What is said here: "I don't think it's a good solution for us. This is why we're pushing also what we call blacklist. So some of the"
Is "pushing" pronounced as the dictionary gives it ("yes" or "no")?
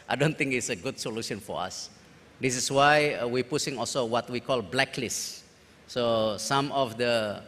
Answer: no